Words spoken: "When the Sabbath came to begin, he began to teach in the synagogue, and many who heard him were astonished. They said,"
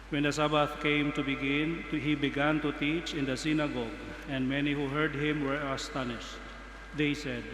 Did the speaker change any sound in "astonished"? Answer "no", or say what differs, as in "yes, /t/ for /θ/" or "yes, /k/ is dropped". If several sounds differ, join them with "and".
no